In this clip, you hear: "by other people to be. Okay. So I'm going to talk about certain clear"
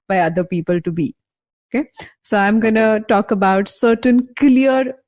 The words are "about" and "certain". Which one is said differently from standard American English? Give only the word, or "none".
none